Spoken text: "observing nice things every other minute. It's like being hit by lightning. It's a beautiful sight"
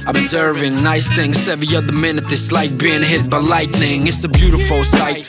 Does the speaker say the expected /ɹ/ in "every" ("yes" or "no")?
no